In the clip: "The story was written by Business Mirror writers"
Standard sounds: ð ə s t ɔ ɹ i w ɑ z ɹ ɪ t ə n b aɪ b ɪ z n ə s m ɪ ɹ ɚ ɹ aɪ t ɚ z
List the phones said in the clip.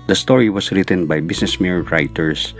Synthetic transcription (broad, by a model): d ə s t ɔ ɹ i w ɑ s ɹ ɪ t ə n b aɪ b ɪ s n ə s m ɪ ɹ ɹ aɪ t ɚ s